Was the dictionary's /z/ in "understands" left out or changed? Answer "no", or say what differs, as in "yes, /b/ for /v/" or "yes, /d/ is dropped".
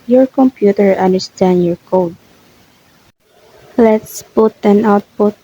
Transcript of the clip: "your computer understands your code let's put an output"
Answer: yes, /z/ is dropped